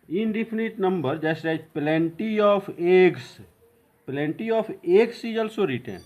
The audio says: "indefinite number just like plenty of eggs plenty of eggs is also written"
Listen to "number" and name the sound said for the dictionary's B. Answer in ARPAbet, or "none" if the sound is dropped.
B